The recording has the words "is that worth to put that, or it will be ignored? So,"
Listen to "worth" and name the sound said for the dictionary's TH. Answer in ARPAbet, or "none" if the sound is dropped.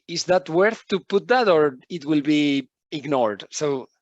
TH